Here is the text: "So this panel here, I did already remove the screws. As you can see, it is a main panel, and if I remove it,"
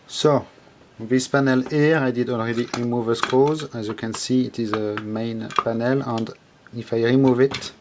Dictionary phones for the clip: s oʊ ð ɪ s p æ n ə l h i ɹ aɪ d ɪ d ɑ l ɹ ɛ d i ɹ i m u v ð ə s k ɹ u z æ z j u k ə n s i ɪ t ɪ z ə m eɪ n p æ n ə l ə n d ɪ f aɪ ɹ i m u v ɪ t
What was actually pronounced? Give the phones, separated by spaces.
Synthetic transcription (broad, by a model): s oʊ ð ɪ s p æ n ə l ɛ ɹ aɪ d ɪ d ɑ l ɹ ɛ d i ɹ i m u v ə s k ɔ z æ z j u k ə n s i ɪ t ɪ z ə m eɪ n p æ n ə l ə n d ɪ f aɪ ɹ i m u v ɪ t